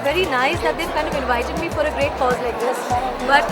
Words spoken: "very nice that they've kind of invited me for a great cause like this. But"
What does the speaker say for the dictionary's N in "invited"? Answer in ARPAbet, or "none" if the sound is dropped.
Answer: L